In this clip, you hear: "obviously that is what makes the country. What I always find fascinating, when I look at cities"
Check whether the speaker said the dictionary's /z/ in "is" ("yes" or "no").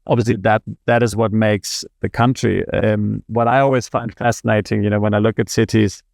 yes